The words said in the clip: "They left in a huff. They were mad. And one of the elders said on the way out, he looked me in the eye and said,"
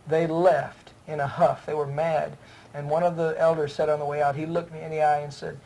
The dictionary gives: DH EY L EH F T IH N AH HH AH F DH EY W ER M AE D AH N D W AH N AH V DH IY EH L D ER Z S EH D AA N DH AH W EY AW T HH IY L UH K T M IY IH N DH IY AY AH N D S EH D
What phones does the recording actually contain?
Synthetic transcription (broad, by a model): DH EY L EH F T IH N AH HH AH F DH EY W ER M AE D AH N W AH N AH V DH IY EH L D ER Z S EH D N DH AH W EY AW T HH IY L UH K T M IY IH N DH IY AY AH N S EH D